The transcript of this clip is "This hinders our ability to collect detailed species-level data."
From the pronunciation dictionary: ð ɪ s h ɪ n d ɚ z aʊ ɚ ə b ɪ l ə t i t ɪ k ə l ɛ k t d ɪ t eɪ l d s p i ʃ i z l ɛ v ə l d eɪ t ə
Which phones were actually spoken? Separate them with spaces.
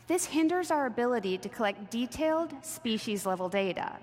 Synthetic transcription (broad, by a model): ð ɪ s h ɪ n d ɚ z aʊ ɚ ə b ɪ l ə t i t ɪ k ə l ɛ k t d ɪ t eɪ l d s p i ʃ i z l ɛ v l d eɪ t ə